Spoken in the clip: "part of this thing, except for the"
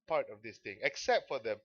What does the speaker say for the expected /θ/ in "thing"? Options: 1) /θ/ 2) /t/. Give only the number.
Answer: 2